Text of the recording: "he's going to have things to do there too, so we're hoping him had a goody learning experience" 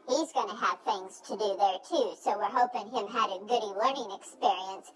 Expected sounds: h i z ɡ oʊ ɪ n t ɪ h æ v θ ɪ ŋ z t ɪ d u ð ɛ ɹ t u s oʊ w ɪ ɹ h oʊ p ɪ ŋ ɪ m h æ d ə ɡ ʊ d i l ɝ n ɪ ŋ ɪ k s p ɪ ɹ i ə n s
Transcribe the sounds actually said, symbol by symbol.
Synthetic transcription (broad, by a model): h i z ɡ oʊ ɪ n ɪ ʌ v θ ɪ ŋ z t ɪ d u ð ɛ ɹ t u s oʊ w ɪ ɹ h oʊ p ɪ ŋ ɪ m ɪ d ə ɡ ʊ d i l ɝ n ɪ ŋ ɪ k s p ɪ ɹ i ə n s